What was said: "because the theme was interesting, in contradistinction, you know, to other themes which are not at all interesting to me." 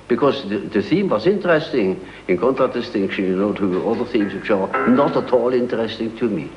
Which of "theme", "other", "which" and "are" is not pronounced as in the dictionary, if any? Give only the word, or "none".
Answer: none